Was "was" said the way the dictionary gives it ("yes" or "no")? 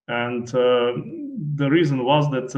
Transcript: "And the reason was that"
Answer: yes